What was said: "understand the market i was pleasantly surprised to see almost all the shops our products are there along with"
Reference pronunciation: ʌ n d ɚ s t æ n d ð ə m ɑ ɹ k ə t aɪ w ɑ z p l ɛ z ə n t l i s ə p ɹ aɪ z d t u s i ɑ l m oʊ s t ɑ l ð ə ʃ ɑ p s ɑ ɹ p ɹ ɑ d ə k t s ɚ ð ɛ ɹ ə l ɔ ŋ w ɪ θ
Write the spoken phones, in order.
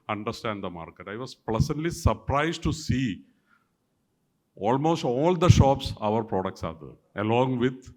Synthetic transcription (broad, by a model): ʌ n d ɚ s t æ n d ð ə m ɑ ɹ k ə t aɪ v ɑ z p l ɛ s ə n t l i s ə p ɹ aɪ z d t u s i ɑ l m oʊ s t ɑ l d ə ʃ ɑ p s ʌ ɹ p ɹ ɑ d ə k t s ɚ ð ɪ ə l ɔ ŋ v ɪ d